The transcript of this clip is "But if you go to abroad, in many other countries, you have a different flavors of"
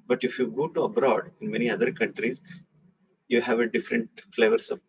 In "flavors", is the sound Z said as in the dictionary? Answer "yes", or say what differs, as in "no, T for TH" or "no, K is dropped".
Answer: no, S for Z